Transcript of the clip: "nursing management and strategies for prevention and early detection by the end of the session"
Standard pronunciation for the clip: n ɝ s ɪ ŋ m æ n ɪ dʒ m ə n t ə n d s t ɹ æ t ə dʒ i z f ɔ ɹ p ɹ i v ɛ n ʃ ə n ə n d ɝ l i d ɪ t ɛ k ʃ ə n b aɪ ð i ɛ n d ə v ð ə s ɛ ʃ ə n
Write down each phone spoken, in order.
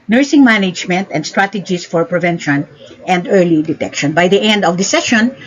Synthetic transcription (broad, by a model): n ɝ s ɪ ŋ m æ n ɪ dʒ m ə n t ə n d s t ɹ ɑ t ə dʒ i s f ɔ ɹ p ɹ i v ɛ n ʃ ə n ə n d ɝ l i d ɪ t ɛ k ʃ ə n b aɪ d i ɛ n d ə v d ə s ɛ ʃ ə n